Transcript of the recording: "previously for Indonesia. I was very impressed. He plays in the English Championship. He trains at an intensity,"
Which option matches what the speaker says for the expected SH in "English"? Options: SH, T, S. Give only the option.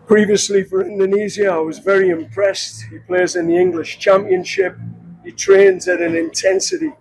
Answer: SH